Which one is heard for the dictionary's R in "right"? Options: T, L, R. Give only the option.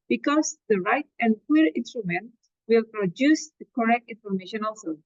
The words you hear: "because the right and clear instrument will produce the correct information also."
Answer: R